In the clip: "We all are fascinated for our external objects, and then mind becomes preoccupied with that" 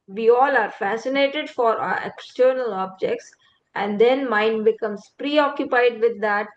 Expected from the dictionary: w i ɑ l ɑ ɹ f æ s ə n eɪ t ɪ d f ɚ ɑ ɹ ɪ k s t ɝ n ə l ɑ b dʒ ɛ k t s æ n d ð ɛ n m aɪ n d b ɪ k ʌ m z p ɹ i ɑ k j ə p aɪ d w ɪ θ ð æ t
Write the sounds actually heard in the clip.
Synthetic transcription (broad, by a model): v i ɑ l ɑ ɹ f æ s ə n eɪ t ɪ d f ɑ ɹ ɪ k s t ɝ n ə l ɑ b dʒ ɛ k t s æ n d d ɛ n m aɪ n d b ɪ k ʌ m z p ɹ i ɑ k j ə p aɪ d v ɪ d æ t